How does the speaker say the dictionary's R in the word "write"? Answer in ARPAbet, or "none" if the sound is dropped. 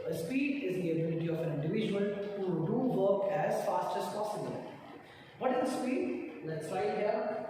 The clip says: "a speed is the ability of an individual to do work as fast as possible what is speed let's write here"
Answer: L